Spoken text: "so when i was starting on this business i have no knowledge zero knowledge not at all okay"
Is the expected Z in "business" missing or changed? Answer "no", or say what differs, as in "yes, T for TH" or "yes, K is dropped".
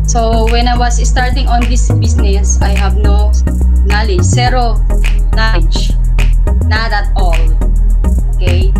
yes, S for Z